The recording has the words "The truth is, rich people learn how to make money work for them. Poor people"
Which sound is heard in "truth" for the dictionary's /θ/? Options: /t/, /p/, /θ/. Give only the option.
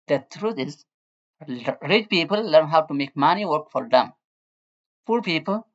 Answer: /t/